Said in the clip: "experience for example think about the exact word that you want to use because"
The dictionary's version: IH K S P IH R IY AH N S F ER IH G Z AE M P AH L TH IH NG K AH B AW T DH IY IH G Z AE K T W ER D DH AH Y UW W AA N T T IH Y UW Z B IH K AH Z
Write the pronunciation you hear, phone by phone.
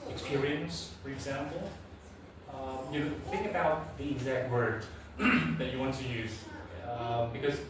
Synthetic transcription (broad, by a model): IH K S P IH R IY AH N S F ER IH G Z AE M P L TH IH NG K AH B AW T DH IY IH G Z AE K T W ER D DH AH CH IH W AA N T T IH Y UW Z B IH K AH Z